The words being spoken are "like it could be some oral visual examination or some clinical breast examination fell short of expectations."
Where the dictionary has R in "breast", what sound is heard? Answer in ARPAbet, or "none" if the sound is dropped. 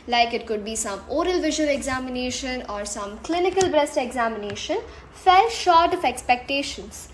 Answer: R